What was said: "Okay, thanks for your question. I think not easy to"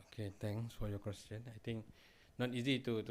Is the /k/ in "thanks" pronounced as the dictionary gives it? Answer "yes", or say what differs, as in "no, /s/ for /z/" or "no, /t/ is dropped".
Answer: no, /k/ is dropped